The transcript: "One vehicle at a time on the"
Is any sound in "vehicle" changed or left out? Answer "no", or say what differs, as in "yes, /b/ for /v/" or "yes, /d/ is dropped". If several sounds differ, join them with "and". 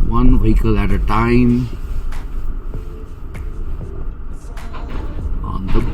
yes, /w/ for /v/